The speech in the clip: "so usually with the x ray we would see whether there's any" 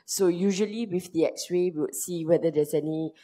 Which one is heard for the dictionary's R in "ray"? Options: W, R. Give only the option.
W